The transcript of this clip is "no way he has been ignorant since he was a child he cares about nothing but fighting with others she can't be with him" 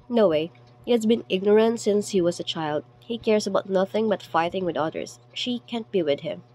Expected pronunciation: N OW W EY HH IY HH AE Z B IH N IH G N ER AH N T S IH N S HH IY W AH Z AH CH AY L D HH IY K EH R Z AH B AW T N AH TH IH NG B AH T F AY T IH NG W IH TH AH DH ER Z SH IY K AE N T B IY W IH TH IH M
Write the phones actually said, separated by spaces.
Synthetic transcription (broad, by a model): N OW W EY HH IY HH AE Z B IH N IH G N ER AH N T S IH N S HH IY W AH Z AH CH AY L D HH IY K EH R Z AH B AW T N AH TH IH NG B AH T F AY T IH NG W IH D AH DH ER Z SH IY K AE N T B IY W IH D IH M